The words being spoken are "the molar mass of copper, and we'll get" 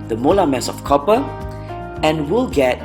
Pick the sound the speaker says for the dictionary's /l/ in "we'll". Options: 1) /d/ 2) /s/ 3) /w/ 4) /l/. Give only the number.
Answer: 4